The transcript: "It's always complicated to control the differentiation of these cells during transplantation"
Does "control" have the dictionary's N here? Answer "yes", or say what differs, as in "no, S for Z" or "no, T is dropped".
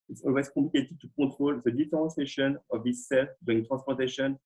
no, N is dropped